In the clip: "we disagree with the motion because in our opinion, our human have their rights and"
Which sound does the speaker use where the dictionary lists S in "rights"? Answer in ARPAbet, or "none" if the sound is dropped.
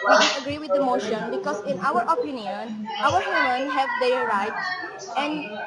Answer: none